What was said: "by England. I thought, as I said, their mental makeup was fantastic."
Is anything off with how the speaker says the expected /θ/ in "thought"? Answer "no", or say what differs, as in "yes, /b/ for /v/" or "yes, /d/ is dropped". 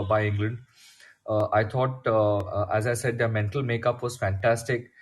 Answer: yes, /t/ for /θ/